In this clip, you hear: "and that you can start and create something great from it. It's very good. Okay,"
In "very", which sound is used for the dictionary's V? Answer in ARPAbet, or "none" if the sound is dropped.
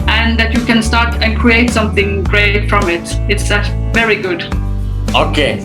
V